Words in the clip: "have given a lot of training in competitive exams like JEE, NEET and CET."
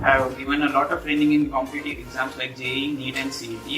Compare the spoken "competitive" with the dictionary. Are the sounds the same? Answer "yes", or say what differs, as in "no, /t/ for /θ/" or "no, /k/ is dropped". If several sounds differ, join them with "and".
no, /v/ is dropped